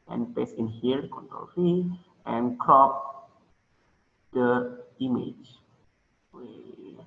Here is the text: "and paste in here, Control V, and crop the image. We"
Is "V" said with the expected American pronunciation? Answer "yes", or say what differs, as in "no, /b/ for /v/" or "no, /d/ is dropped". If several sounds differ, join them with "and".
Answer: no, /f/ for /v/